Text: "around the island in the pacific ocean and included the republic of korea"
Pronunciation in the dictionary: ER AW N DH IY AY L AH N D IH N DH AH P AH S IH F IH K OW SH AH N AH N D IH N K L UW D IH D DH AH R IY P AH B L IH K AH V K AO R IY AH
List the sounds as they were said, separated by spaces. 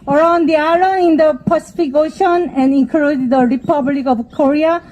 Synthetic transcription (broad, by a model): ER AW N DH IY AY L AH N IH N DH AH P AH S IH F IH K OW SH AH N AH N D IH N K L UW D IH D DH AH R IY P AH B L IH K AH V K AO R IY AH